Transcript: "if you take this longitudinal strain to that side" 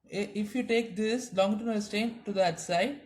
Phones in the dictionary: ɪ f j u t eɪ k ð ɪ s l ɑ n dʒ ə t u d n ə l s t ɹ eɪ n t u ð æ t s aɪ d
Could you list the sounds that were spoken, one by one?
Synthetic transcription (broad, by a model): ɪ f j u t eɪ k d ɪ s l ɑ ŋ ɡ t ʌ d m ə s t eɪ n t u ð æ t s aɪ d